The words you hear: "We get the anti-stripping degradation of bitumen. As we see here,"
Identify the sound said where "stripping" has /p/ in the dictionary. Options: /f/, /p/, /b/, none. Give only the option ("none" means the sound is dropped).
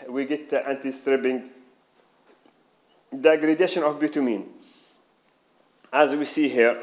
/b/